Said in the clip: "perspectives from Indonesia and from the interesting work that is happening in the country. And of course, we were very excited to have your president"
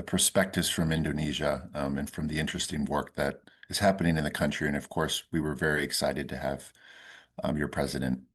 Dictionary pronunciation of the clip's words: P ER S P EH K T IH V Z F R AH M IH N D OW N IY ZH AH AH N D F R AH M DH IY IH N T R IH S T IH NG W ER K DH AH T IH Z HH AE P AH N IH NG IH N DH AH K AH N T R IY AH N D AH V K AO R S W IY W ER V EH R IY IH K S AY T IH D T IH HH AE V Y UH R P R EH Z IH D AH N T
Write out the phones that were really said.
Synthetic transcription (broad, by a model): P ER S P EH K T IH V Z F R AH M IH N D OW N IY ZH AH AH N F R AH M DH IY IH N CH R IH S T IH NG W ER K DH AH T IH Z HH AE P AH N IH NG IH N DH AH K AH N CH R IY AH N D AH V K AO R S W IY W ER V EH R IY IH K S AY T IH D T IH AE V Y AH R P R EH Z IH D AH N T